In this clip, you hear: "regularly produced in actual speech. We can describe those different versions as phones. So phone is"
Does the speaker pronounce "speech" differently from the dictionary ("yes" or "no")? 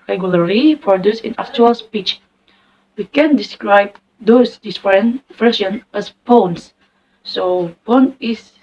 no